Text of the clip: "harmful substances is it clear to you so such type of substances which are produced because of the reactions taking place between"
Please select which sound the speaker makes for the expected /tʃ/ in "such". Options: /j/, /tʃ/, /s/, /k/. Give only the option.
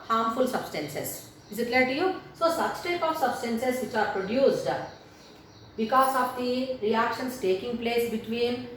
/s/